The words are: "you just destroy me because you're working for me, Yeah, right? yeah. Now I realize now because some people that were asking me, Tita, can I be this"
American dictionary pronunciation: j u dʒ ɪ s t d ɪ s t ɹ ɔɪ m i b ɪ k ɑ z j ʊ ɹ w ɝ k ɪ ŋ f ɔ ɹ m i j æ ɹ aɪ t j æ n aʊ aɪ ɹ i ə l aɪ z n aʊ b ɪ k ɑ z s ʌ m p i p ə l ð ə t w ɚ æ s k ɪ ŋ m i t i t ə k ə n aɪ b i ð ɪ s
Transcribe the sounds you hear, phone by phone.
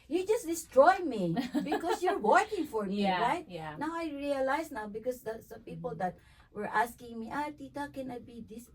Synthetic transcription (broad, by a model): j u dʒ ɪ s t d ɪ s t ɹ ɔɪ m i b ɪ k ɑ s j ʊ ɹ w ɝ k ɪ ŋ f ɔ ɹ m i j ɹ aɪ t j n aʊ aɪ ɹ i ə l aɪ s n aʊ b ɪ k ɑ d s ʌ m p i p ə l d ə t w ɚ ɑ s k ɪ ŋ m i t i t ə k ə n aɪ b i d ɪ s